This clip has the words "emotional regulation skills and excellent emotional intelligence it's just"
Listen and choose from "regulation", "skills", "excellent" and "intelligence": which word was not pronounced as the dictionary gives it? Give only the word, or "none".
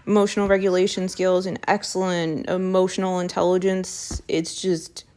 none